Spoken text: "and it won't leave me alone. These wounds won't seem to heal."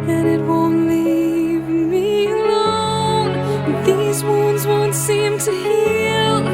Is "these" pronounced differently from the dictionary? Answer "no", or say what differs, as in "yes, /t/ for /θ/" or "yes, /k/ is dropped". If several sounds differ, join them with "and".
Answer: no